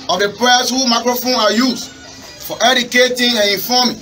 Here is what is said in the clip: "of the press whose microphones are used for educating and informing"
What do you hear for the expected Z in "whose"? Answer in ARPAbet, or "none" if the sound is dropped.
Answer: none